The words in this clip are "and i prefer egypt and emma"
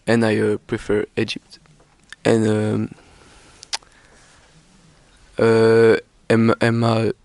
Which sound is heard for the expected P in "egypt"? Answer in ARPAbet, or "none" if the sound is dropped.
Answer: P